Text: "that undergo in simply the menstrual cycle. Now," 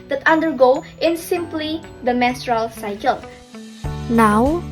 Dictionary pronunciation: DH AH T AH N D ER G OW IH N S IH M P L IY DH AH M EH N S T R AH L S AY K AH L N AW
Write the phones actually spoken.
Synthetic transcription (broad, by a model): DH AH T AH N D ER G OW IH N S IH M P L IY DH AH M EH S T R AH L S AY K AH L N AW